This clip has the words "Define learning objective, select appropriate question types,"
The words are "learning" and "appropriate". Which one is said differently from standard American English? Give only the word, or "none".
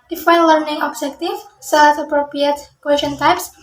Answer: none